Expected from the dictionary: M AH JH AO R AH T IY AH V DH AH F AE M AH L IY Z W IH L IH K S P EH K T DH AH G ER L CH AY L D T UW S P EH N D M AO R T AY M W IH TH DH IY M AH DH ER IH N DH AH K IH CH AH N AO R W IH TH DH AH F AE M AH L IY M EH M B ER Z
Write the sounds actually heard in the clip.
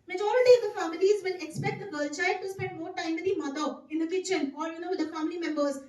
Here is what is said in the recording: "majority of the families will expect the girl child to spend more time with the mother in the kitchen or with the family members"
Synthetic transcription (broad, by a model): M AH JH AO R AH T IY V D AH F AE M AH L IY Z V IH L IH K S P EH K T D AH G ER L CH AY D T UW S P EH N D M AO R T AY M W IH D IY M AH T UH IH N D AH K IH CH AH N AO R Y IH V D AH F AE M AH L IY M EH M B ER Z